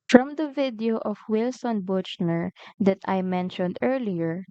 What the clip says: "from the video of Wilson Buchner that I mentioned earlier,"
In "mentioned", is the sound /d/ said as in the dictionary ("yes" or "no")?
yes